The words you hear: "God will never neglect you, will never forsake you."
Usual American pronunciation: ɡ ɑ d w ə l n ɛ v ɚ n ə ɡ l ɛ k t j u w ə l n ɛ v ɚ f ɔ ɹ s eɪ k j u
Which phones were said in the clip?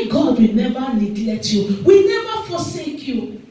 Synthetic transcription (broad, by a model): ɡ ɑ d w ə n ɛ v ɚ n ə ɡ l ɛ t j u w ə n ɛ v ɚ f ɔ s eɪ k j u